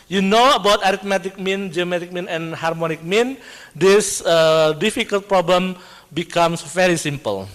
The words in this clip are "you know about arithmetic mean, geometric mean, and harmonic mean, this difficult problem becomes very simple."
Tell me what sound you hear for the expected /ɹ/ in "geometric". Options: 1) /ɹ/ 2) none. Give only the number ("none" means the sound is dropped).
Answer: 2